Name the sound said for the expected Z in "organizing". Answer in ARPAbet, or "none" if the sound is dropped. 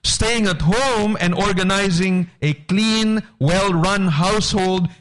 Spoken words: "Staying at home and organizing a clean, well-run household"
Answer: Z